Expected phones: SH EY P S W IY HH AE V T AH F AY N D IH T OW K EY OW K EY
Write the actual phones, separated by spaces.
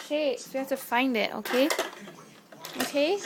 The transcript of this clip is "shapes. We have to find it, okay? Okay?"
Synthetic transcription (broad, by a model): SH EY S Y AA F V T AH F AY N D IH T OW K EY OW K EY